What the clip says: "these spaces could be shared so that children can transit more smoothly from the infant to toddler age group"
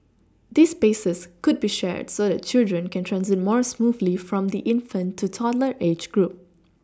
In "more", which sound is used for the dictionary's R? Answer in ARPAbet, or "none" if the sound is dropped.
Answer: R